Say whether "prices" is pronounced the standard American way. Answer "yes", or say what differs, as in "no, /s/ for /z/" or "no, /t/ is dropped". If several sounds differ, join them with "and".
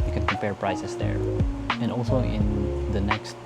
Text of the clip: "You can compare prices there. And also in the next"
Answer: no, /s/ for /z/